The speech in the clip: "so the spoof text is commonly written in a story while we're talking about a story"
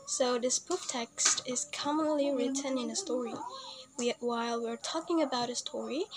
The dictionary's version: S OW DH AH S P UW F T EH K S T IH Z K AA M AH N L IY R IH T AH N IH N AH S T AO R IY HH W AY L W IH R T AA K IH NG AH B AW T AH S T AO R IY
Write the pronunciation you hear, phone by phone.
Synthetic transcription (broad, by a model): S OW DH AH S B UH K T EH K S T IH Z K AA M AH N L IY R IH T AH N IH N AH S T AO R IY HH W AY L W IH R T AA K IH NG AH B AW T AH S T AO R IY